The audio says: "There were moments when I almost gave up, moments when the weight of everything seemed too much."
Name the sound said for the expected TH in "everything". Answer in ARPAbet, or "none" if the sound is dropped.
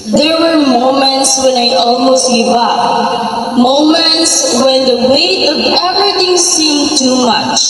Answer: T